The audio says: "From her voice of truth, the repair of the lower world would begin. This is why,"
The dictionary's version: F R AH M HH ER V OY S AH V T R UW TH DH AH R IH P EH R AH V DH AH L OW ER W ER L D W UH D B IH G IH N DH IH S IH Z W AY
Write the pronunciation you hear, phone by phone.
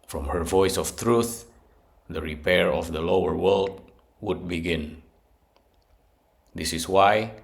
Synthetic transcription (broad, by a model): F R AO M HH ER V OY S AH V T R UW TH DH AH R IH P EH R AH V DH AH L OW ER W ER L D W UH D B IH G IH N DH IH S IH S W AY